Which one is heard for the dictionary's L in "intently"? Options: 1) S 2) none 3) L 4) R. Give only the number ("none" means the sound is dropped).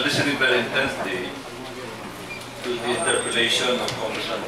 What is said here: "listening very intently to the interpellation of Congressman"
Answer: 2